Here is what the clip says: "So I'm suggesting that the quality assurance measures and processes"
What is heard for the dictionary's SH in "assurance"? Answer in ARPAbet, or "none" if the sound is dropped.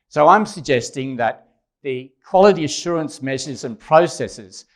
SH